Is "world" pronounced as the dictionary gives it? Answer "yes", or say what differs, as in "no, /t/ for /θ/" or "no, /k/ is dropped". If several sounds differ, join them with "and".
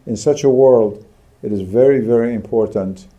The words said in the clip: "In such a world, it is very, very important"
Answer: yes